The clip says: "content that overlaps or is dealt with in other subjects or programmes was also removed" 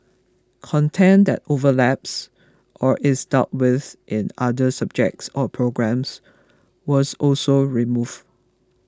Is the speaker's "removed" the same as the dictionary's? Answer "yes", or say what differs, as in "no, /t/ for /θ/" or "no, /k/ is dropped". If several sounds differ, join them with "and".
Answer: no, /d/ is dropped